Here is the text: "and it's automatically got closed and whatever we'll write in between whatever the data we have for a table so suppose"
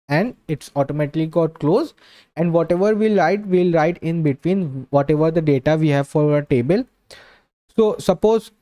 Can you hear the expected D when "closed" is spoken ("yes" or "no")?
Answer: no